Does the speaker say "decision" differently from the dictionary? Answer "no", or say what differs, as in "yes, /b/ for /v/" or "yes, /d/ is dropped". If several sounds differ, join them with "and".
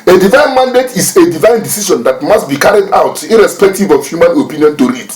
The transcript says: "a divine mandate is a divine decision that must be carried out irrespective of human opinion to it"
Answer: yes, /ʃ/ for /ʒ/